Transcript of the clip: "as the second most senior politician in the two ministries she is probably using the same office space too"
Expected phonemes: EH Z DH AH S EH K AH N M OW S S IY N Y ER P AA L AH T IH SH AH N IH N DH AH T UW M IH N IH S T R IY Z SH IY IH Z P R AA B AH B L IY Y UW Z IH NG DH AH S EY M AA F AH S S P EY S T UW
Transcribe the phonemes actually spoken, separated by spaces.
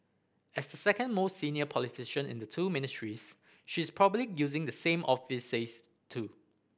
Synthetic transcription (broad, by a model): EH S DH AH S EH K AH N M OW S S IY N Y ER P AA L AH T IH SH AH N IH N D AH T UW M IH N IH S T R IY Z SH IY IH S P R AA B AH B L IY Y UW Z IH NG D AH S EY M AA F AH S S EY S T UW